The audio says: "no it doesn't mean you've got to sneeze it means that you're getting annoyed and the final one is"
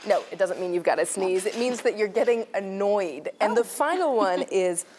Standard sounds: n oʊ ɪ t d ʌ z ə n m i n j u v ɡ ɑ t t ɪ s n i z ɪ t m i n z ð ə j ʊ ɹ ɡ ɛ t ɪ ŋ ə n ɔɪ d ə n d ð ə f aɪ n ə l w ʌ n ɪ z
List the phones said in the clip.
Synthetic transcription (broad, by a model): n oʊ ɪ t d ʌ z ə n m i n j u v ɡ ɑ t t ɪ s n i z ɪ t m i n z ð ə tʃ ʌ ɹ ɡ ɛ t ɪ ŋ ə n ɔɪ d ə n ð ə f aɪ n l w ʌ n ɪ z